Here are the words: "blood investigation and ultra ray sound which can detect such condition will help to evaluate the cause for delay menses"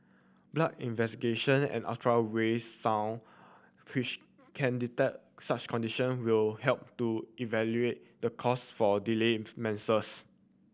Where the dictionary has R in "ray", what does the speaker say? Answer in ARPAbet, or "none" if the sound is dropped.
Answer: W